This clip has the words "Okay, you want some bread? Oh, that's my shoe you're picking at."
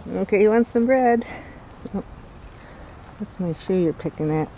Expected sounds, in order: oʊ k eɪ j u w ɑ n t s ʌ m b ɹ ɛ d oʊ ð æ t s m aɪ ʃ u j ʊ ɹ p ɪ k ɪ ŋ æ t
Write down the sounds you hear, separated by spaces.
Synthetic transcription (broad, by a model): oʊ k eɪ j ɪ w ɑ n t s ʌ m b ɹ ɛ d oʊ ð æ t s m aɪ ʃ u j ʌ ɹ p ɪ k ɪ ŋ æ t